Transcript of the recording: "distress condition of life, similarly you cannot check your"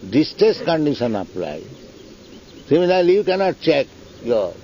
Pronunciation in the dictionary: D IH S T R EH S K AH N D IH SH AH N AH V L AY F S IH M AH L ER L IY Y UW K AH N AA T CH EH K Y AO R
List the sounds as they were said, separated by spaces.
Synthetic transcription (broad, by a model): D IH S T R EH S K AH N D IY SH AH N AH P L AY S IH M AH L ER L IY Y UW K AH N AA T CH EH K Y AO